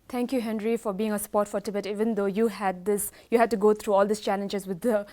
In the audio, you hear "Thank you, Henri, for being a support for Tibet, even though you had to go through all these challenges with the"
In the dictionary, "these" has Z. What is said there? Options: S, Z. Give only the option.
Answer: S